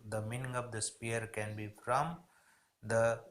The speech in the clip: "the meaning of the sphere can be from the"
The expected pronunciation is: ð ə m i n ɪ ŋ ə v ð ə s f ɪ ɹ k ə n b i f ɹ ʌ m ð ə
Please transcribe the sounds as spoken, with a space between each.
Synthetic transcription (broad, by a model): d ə m i n ɪ ŋ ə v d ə s p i ɹ k ə n b i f ɹ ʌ m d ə